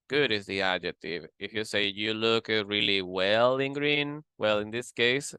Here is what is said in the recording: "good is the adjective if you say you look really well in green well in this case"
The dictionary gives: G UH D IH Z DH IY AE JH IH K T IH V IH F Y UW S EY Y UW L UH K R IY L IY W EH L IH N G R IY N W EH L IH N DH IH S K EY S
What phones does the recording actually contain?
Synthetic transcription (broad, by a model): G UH D IH Z DH IY AE JH IH K T IH V IH F Y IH S EY Y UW L UH K R IY L IY W EH L IH N G R IY N W EH L IH N DH IH S K EY S